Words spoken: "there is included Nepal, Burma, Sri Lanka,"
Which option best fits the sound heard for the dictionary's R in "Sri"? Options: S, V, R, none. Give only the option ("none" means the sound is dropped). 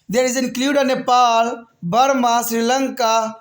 R